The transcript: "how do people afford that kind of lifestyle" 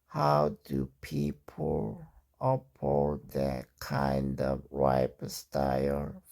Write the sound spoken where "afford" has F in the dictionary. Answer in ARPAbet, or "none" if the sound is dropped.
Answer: P